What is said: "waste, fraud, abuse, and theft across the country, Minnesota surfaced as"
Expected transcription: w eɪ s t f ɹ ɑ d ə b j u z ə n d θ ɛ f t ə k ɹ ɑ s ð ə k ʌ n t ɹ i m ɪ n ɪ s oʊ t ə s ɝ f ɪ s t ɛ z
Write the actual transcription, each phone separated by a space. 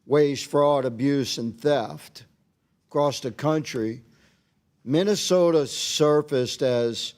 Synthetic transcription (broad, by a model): w eɪ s f ɹ ɑ d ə b j u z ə n θ ɛ f t k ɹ ɑ s ð ə k ʌ n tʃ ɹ i m ɪ n ɪ s oʊ t ə s ɝ f ɪ s t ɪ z